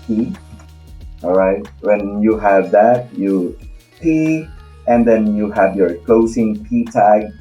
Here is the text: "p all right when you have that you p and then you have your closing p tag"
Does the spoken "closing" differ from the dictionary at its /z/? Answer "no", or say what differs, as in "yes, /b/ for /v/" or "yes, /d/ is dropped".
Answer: yes, /s/ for /z/